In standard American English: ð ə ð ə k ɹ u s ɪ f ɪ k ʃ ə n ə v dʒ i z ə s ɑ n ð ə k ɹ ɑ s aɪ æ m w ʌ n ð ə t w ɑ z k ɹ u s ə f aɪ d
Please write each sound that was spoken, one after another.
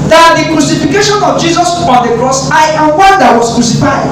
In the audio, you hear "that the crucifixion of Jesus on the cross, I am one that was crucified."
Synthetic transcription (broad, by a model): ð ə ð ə k ɹ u s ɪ f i k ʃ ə n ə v dʒ i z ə s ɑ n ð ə k ɹ ɑ s aɪ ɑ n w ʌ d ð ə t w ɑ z k ɹ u s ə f aɪ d